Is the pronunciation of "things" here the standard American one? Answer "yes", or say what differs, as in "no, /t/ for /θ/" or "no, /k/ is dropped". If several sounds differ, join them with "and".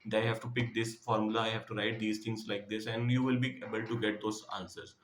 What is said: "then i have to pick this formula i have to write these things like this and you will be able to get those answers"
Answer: no, /t/ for /θ/